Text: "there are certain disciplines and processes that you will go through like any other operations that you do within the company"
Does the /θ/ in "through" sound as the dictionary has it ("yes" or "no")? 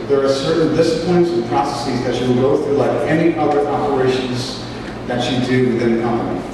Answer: yes